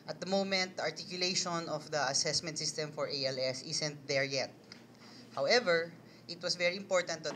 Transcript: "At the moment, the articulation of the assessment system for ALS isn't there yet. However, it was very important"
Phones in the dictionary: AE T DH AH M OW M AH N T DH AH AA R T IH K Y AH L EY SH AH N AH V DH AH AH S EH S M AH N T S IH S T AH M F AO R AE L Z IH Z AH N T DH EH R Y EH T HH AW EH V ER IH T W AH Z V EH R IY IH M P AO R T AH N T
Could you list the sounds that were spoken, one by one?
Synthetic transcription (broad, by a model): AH T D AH M OW M AH N T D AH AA R T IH K Y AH L EY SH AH N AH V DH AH AH S EH S M AH N T S IH S T AH M F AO R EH L S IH S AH N T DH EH R Y EH T HH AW EH V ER IH T W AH S V EH R IY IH M P AO R T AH N T